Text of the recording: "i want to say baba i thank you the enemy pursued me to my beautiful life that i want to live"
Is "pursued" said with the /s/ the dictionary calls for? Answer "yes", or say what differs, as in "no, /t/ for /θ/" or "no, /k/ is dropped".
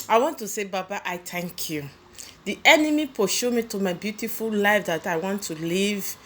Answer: no, /ʃ/ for /s/